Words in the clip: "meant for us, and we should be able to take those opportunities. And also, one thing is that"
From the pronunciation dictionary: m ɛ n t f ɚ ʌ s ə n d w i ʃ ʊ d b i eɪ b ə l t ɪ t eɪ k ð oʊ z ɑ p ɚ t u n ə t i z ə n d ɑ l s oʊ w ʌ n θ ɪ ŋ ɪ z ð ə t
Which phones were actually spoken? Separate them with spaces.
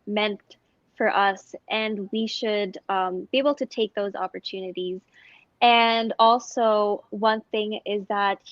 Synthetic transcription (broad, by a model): m ɛ n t f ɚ ʌ s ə n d w i ʃ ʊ d b i eɪ b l t ɪ t eɪ k ð oʊ z ɑ p ɚ t u n ə t i z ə n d ɑ l s oʊ w ʌ n θ ɪ ŋ ɪ z ð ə t